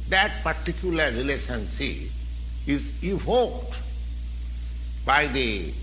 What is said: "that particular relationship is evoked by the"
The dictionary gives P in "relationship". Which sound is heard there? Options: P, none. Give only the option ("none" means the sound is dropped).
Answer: none